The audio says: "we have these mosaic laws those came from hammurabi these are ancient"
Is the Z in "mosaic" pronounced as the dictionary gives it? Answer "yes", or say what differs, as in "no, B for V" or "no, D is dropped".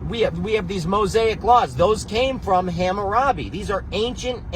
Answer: yes